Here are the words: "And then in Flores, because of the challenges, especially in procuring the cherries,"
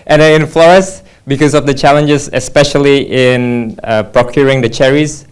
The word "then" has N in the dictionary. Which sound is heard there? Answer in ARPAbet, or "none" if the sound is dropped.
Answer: none